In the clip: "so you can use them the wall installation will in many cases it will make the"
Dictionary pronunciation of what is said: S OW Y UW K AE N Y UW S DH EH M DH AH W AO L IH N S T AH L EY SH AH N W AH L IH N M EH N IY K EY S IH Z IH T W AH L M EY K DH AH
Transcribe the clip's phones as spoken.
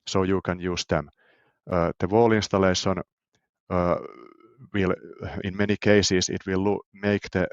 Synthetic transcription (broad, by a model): S OW Y UW K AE N Y UW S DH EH M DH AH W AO L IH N S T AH L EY S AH N W AH L IH N M EH N IY K EY S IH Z IH T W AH L M EY K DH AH